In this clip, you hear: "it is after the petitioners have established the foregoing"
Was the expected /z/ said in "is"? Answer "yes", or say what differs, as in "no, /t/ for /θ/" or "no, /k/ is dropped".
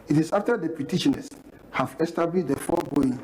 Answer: no, /s/ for /z/